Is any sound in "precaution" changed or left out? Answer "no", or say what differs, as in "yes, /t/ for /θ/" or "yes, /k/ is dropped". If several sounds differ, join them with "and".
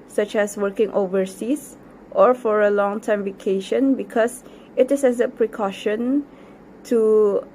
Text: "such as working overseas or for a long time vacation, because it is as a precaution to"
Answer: no